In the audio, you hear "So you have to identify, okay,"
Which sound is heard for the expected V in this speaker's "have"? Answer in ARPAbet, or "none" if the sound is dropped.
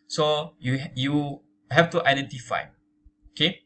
F